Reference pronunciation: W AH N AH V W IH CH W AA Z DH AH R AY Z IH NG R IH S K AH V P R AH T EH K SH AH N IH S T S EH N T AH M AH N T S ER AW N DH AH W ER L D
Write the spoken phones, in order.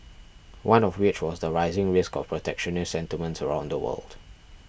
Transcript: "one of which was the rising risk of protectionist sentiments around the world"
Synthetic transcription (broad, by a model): W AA N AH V W IH CH W AA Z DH AH R AY Z IH NG R IH S K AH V P R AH T EH K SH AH N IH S S EH N T AH M AH N T S ER AW N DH AH W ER L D